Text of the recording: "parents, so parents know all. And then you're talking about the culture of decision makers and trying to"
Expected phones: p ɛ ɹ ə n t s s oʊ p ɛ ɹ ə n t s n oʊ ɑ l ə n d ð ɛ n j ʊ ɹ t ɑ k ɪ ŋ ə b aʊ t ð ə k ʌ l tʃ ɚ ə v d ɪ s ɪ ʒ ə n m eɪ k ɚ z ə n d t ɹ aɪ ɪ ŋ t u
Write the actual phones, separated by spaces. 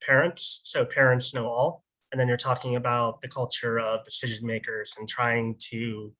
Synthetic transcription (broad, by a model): p ɛ ɹ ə n t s s oʊ p ɛ ɹ ə n t s n oʊ ɑ l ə n ð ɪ n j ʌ ɹ t ɑ k ɪ ŋ ə b aʊ t ð ə k ʌ l tʃ ɚ ə v d ɪ s ɪ ʒ ə n m eɪ k ɚ z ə n t ɹ aɪ ɪ ŋ t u